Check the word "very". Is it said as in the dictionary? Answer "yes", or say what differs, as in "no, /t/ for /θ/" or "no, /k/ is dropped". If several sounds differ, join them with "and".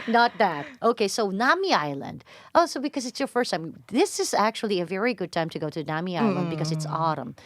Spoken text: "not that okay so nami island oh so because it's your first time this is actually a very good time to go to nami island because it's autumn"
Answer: yes